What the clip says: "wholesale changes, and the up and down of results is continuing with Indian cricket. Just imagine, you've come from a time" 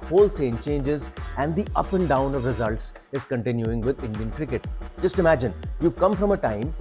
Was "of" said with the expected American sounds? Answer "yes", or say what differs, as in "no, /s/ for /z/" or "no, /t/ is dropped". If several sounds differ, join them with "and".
yes